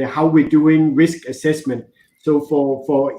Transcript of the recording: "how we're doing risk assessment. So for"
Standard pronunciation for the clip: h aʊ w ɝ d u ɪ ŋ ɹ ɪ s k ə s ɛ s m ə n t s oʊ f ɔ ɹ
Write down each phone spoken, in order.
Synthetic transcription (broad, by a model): h aʊ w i d u ɪ ŋ ɹ ɪ s k ə s ɛ s m ə n t s oʊ f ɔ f